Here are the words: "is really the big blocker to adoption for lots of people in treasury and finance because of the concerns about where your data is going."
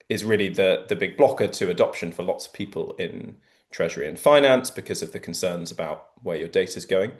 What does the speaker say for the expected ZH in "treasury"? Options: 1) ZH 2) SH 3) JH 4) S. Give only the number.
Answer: 1